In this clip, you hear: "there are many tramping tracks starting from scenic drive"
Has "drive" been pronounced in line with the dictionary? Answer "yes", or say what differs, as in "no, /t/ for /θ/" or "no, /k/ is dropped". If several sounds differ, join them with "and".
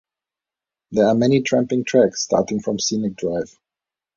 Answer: yes